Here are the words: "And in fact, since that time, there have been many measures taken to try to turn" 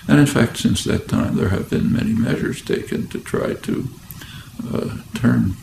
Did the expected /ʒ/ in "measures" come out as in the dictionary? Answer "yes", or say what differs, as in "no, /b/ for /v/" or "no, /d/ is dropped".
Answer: yes